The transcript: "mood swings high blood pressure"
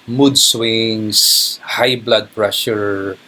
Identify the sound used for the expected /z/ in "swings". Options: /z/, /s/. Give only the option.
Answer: /s/